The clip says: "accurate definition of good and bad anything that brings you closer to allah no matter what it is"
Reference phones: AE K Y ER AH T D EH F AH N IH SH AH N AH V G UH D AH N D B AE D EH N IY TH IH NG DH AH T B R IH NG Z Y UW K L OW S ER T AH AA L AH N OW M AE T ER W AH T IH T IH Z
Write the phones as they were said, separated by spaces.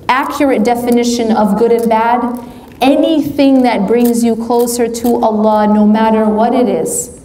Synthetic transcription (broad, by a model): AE K Y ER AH T D EH F AH N IH SH AH N AH V G UH D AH N B AE D EH N IY TH IH NG DH AH T B R IH NG Z Y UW K L OW S ER T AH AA L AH N OW M AE T ER W AH T IH T IH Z